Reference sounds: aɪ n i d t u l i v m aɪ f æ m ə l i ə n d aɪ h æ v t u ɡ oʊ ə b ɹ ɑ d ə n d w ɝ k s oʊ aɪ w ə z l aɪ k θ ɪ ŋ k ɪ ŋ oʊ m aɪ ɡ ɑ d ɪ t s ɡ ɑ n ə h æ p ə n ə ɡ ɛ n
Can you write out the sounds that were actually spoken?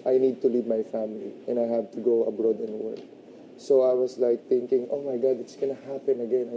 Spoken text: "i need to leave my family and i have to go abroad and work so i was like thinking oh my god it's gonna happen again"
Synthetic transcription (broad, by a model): aɪ n i d t u l i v m aɪ f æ m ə l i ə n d aɪ h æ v t u ɡ oʊ ə b ɹ ɑ d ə n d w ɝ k s oʊ aɪ w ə s l aɪ k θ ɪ ŋ k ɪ ŋ oʊ m aɪ ɡ ɑ d ɪ t s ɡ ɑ n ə h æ p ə n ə ɡ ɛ n